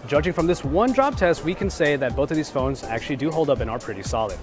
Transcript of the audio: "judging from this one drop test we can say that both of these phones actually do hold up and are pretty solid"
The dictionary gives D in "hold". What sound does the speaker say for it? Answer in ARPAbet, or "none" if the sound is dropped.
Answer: D